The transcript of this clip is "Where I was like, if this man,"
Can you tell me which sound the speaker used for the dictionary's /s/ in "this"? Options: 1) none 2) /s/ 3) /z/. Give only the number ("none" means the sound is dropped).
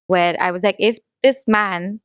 2